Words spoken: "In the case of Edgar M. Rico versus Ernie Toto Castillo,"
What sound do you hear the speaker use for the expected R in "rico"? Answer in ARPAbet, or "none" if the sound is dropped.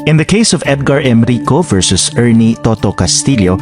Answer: R